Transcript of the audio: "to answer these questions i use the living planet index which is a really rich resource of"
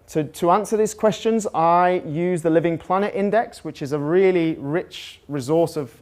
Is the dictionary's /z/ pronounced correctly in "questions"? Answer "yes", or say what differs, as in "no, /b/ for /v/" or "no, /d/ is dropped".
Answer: yes